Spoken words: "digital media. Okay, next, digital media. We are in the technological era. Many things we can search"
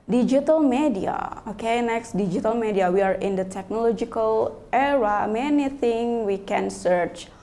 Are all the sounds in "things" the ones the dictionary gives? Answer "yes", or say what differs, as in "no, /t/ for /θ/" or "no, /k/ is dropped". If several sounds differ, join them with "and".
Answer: no, /z/ is dropped